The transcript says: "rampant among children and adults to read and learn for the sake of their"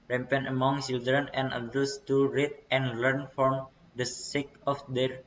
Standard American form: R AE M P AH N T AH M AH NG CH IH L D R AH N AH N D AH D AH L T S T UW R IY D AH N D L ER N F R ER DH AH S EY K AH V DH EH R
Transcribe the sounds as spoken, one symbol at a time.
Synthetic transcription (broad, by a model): R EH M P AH N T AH M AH NG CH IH L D R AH N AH N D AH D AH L S T UW R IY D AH N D L ER N F R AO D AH S EY K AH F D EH R